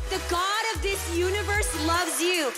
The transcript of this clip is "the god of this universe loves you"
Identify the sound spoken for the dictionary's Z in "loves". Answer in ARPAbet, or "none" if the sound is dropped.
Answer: Z